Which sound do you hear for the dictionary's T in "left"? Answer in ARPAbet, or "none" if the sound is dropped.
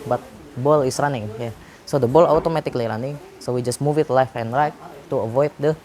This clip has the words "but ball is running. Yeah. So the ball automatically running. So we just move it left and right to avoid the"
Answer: none